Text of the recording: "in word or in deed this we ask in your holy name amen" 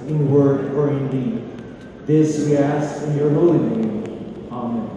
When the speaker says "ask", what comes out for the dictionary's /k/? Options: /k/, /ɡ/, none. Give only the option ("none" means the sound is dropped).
none